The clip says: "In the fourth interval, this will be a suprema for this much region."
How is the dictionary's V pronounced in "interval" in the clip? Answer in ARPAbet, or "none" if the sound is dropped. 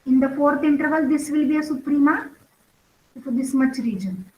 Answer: V